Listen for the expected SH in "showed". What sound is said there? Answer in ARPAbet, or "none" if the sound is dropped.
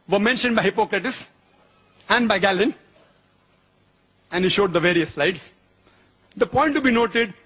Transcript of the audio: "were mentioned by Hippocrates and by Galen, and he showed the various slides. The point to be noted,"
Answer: SH